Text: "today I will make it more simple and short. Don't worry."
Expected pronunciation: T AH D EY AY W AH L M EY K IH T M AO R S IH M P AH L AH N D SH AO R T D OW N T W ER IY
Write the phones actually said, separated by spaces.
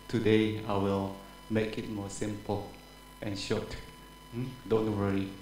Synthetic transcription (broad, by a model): T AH D EY AY W AH L M EY K IH T M AO S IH M P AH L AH N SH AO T D OW N T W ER IY